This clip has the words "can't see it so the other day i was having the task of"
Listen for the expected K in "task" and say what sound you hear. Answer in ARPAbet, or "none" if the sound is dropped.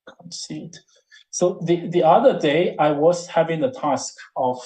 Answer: K